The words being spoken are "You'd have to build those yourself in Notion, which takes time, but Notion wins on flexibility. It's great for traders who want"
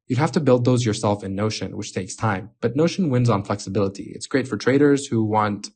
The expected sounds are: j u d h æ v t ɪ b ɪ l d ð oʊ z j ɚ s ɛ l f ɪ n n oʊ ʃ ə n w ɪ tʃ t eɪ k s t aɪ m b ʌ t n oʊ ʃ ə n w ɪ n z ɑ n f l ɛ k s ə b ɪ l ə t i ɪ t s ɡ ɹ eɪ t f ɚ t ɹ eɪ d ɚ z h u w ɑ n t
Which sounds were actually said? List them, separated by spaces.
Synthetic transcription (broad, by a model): j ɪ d h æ f t ɪ b ɪ l d ð oʊ z j ɚ s ɛ l f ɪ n n oʊ ʃ ə n w ɪ tʃ t eɪ k s t aɪ m b ʌ t n oʊ ʃ ə n w ɪ n z n f l ɛ k s ə b ɪ l ə t i ɪ t s ɡ ɹ eɪ t f ɚ t ɹ eɪ d ɚ z h u w ɑ n t